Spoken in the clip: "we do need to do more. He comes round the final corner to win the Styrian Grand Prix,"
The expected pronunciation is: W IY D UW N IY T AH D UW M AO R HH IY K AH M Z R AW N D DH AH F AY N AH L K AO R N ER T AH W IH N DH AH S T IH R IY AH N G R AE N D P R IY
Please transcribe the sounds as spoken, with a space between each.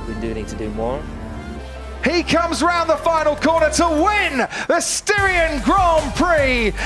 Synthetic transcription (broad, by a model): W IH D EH N IY T AH D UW M AO R HH IY K AH M Z R AW N DH AH F AY N L K AO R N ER T AH W IH N DH AH S T IH R IY AH N G R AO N P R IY